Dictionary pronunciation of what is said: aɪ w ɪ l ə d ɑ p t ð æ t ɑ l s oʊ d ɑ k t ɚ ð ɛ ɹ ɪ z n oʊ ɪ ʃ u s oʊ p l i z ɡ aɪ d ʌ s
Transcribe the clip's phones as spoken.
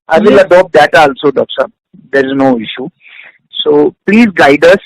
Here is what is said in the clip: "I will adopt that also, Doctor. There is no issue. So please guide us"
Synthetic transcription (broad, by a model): aɪ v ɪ l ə d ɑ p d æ t ɑ l s oʊ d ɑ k s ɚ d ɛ ɹ ɪ z n oʊ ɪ ʃ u s oʊ p l i z ɡ aɪ d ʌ s